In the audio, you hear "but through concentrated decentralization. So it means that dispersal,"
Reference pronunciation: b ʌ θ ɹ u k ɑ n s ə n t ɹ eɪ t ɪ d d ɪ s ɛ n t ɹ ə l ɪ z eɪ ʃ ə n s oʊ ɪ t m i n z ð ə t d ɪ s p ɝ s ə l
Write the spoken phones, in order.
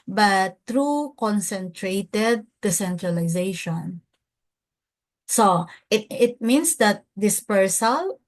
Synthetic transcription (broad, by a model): b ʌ t ɹ u k ɑ n s ə n t ɹ eɪ t ɪ d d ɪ s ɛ n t ɹ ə l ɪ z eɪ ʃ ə n s oʊ ɪ t m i n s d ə t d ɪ s p ɝ s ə l